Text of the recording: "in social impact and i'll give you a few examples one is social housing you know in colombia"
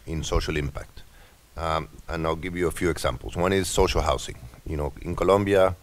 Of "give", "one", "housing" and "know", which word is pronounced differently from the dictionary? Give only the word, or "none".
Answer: housing